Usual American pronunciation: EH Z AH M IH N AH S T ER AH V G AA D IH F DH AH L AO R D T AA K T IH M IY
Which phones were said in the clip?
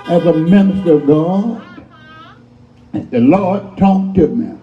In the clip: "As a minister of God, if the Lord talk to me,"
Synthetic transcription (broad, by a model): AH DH AH M IH N AH S T ER AH V G AA D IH DH AH L AO R D T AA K T IH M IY